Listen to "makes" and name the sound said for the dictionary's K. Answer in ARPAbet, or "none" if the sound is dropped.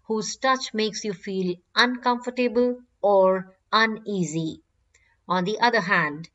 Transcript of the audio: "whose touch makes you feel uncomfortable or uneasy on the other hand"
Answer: K